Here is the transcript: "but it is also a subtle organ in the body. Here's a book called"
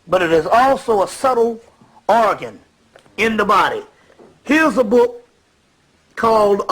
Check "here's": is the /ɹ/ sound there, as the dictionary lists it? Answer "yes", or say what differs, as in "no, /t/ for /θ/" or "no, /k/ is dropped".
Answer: yes